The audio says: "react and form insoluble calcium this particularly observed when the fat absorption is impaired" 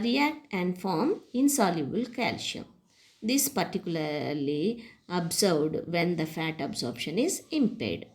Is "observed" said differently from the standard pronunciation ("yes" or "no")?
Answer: yes